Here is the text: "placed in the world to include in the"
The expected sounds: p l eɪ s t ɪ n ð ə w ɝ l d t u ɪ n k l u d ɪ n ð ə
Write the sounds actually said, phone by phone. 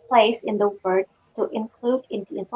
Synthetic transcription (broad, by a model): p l eɪ s ɪ n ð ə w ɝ d t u ɪ n k l u d ɪ n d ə